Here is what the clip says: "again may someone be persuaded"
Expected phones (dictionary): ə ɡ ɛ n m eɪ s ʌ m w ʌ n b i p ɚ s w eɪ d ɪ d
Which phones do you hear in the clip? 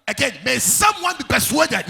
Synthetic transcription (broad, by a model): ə ɡ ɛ n m eɪ s ʌ m w ʌ n b i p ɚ s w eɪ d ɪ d